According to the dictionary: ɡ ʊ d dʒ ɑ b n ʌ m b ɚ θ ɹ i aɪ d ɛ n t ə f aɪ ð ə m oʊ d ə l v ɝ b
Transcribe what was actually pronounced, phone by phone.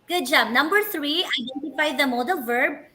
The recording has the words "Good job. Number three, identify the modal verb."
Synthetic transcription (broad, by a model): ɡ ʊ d dʒ ɑ b n ʌ m b ɚ t ɹ i aɪ d ɛ n t ə f aɪ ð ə m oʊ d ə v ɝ b